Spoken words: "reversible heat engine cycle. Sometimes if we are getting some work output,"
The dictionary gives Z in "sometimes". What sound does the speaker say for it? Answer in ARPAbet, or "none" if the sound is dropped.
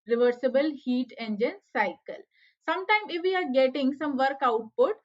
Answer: none